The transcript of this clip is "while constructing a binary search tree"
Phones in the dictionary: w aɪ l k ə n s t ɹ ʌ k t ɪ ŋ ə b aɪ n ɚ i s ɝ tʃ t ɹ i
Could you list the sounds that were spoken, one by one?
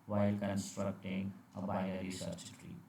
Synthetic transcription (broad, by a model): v aɪ l k ə n s t ɹ ʌ k t ɪ ŋ ə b aɪ ɚ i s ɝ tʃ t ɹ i